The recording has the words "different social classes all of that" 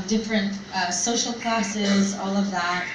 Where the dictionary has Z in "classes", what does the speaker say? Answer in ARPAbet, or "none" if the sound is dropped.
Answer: Z